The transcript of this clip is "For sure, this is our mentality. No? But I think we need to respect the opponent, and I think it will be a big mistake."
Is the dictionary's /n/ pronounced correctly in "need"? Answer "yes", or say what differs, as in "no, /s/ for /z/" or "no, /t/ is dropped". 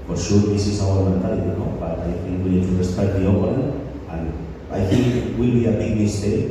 no, /l/ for /n/